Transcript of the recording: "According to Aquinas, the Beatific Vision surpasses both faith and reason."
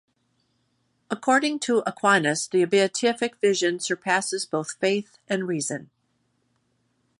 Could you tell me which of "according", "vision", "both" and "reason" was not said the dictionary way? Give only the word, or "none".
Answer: none